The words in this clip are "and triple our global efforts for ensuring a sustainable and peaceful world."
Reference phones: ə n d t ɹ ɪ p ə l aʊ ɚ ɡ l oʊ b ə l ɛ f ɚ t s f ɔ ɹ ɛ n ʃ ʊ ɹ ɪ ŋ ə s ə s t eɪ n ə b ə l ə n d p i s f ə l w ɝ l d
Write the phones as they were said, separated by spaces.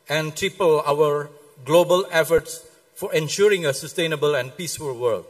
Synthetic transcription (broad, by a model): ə n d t ɹ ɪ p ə l aʊ ɚ ɡ l oʊ b ə l ɛ f ɚ t s f ɔ ɹ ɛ n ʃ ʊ ɹ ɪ ŋ ə s ə s t eɪ n ə b ə l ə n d p i s f ə l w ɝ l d